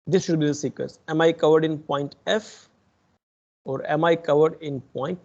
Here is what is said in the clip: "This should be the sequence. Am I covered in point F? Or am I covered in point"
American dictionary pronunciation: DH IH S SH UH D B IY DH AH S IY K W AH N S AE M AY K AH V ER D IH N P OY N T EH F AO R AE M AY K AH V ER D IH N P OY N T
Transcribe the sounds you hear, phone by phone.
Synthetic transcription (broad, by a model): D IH S SH UH D B IY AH S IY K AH S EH M AY K AH V ER D IH N P OY N T EH F AO R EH M AY K AH V ER D IH N P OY N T